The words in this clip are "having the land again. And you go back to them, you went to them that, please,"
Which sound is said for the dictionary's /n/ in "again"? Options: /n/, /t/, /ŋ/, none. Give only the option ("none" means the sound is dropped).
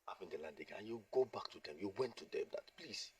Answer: none